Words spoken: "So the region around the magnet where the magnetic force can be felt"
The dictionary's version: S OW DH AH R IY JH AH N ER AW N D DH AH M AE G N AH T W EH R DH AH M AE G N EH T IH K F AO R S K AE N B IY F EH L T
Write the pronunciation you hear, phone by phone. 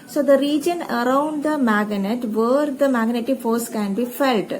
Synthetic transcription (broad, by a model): S OW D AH R IY JH AH N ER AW N D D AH M AE G N AH T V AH R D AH M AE G N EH T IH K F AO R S K AE N B IY F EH L T